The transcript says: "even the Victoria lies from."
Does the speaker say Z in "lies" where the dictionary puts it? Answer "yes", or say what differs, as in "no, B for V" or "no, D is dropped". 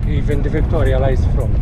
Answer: no, S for Z